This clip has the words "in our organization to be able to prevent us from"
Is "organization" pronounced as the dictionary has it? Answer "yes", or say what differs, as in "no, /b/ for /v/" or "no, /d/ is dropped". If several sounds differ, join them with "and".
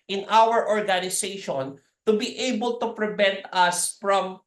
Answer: no, /s/ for /z/